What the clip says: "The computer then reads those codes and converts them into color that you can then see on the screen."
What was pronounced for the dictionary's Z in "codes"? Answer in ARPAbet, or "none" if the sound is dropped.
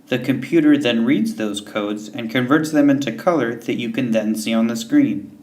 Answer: Z